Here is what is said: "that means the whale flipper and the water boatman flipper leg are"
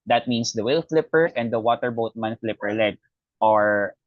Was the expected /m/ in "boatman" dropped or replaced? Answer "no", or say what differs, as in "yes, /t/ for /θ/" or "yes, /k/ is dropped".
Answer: no